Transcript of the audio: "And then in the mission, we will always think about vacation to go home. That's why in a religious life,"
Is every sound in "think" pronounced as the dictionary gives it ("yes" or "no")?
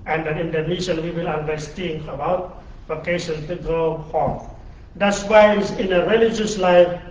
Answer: no